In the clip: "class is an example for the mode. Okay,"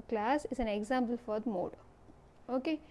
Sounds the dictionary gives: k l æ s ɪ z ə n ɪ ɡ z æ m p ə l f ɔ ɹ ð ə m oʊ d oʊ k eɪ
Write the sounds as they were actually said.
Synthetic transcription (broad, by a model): k l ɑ s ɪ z ə n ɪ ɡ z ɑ m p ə l f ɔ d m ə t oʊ oʊ k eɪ